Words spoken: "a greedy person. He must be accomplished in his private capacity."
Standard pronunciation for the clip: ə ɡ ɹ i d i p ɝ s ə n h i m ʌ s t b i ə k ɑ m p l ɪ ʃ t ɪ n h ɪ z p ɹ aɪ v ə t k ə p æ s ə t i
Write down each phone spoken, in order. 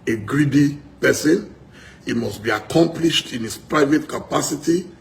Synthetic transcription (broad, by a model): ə ɡ ɹ i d i p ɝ s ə n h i m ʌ s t b i ə k ɑ m p l ɪ ʃ t ɪ n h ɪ s p ɹ aɪ v ə t k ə p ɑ s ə t i